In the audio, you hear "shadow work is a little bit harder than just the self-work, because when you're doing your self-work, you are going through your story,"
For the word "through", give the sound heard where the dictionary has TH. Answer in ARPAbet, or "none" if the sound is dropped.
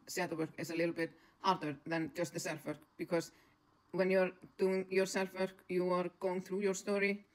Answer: TH